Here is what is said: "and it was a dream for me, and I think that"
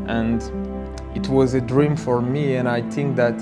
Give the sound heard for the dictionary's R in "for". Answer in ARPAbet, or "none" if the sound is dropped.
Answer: R